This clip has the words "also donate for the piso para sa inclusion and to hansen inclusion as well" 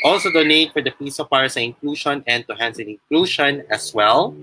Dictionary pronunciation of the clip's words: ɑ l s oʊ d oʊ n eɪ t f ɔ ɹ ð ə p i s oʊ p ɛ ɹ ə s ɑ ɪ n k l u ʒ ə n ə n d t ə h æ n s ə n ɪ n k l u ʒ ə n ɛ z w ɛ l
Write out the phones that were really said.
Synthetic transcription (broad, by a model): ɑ l s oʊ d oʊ n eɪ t f ɔ ɹ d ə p i s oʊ f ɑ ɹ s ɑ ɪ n k l u ʃ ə n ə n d t ə h æ n s ə n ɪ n k l u ʃ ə n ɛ s w ɛ l